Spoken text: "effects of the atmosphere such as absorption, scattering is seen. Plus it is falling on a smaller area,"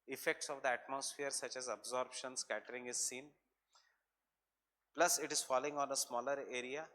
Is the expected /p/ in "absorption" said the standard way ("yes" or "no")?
no